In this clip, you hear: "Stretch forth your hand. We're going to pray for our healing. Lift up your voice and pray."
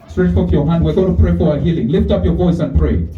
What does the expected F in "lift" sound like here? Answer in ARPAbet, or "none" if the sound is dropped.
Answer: F